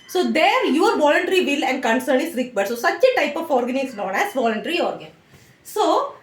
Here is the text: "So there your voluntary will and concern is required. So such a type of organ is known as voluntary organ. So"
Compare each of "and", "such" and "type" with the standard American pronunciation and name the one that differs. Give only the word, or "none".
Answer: none